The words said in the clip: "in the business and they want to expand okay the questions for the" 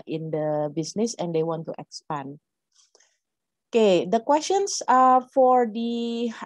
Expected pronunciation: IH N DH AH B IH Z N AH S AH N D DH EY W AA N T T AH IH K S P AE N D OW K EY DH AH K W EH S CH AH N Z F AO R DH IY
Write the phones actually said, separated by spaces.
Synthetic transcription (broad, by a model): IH N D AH B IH S N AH S AH N D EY W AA N T T AH K S P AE N OW K EY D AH K W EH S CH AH N S F AO R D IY